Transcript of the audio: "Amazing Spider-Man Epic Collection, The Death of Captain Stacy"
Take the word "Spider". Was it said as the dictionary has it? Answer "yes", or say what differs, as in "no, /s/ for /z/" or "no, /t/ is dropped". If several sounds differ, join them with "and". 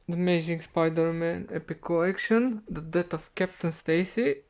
yes